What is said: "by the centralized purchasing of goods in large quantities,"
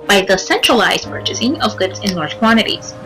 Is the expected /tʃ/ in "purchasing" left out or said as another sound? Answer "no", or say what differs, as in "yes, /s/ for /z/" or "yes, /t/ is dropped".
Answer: no